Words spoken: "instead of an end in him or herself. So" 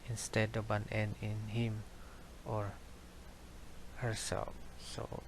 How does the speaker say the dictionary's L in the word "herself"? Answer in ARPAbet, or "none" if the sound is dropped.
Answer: L